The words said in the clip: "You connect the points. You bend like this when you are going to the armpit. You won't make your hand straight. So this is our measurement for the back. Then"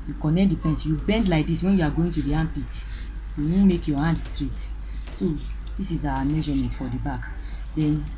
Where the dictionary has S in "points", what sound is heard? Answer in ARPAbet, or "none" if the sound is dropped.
none